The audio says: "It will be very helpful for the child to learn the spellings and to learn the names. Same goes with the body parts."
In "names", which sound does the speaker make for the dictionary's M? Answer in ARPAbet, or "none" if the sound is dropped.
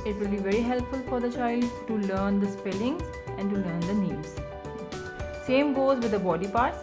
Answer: none